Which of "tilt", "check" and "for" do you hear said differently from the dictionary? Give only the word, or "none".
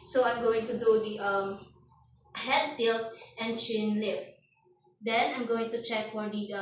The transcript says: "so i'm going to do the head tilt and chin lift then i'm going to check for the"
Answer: none